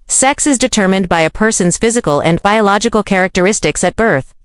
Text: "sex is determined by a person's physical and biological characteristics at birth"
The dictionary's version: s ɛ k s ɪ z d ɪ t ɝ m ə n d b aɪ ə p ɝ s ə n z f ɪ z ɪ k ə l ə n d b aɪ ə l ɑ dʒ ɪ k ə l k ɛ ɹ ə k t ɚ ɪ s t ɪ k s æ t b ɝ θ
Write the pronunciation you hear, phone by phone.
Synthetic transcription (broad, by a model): s ɛ k s ɪ z d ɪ t ɝ m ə n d b aɪ ə p ɝ s ə n z f ɪ z ɪ k ə l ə n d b aɪ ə l ɑ dʒ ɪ k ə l k ɛ ɹ ə k t ɚ ɪ s t ɪ k s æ t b ɝ θ